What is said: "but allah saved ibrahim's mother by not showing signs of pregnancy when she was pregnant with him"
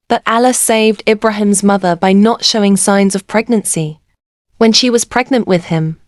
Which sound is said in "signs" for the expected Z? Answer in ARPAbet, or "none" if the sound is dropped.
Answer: Z